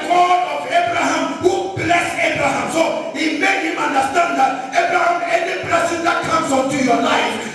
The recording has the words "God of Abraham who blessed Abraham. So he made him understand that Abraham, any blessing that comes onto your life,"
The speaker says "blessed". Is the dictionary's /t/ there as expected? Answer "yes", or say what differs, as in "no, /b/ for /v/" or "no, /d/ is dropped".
no, /t/ is dropped